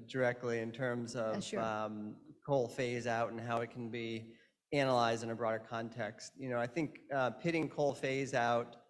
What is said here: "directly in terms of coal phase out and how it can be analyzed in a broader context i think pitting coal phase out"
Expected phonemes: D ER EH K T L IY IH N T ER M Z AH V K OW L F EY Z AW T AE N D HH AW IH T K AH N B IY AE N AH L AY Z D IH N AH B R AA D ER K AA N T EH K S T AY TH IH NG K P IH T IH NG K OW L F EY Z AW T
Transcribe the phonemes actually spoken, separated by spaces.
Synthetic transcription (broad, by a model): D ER EH K T L IY IH N T ER M Z AH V K OW L F EY Z AW T N HH AW IH T K N B IY AE N AH L AY Z D IH N AH B R AA D ER K AA N T EH K S T AY TH IH NG K P IH T IH NG K OW L F EY Z AW T